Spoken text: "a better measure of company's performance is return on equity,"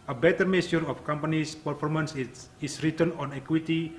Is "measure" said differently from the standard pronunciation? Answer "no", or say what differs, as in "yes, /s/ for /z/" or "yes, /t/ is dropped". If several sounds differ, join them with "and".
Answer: yes, /s/ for /ʒ/